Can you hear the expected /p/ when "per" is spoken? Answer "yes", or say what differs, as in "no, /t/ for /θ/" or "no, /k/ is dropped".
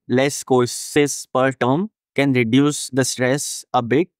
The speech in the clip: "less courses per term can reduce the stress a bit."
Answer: yes